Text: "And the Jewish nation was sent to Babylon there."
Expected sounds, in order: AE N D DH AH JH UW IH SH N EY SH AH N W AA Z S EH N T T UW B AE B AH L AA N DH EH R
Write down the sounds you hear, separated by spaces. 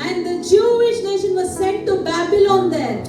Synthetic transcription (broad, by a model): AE N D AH JH UW IH SH N EY SH AH N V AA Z S EH N T T UW B AE B AH L AA N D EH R